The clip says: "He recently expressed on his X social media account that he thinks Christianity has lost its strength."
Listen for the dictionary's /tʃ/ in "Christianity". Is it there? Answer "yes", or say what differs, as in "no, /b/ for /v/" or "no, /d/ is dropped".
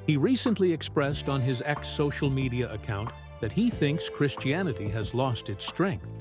yes